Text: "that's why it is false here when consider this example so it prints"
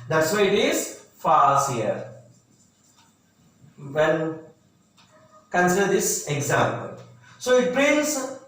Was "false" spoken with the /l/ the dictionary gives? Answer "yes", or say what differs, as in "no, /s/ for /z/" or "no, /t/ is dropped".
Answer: no, /l/ is dropped